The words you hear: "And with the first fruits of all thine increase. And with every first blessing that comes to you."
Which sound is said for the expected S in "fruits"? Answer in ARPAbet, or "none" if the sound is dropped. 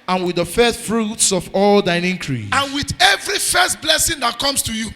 S